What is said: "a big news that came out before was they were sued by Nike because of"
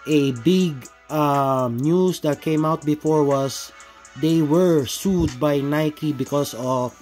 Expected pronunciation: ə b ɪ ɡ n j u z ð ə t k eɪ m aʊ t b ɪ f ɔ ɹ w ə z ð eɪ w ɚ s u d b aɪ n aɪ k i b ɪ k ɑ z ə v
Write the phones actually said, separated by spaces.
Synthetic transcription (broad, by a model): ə b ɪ ɡ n j u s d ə t k eɪ m aʊ t b ɪ f ɔ ɹ w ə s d eɪ w ɚ s u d b aɪ n aɪ k i b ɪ k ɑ s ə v